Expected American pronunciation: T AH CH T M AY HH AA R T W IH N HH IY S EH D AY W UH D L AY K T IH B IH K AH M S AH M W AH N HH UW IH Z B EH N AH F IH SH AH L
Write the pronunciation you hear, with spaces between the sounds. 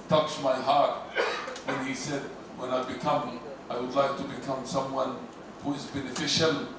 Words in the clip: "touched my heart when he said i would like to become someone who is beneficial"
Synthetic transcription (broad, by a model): T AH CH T M AY HH AA R T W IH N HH IY S EH D AY W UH D L AY K T IH B IH K AH M S AH M W AH N HH UW IH Z B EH N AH F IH SH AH L